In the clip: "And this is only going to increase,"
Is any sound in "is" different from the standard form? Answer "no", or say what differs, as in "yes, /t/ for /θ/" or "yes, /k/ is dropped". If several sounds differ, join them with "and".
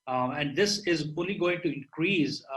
no